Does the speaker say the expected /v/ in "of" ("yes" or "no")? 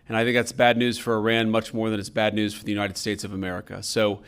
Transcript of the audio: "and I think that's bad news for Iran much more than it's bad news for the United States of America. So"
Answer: yes